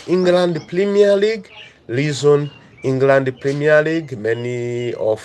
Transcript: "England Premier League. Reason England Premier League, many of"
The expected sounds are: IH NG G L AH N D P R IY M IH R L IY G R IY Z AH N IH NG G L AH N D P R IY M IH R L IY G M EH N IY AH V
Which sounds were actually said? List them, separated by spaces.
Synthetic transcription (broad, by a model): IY NG G L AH N D P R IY M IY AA L IY G L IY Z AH N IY NG G L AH N D P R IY M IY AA L IY G M EH N IY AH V